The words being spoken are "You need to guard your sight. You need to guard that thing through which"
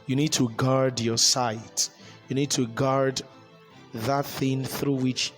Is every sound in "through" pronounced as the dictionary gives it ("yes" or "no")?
yes